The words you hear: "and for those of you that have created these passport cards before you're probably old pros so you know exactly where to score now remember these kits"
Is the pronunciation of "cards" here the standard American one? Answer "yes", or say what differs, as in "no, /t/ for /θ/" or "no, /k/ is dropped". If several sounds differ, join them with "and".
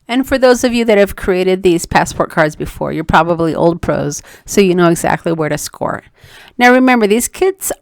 yes